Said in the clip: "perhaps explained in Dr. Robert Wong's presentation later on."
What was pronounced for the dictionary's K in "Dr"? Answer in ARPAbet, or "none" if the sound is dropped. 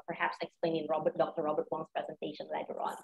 K